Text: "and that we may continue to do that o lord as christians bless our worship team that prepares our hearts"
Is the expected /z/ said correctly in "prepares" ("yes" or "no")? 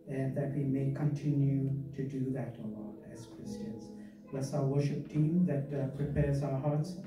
yes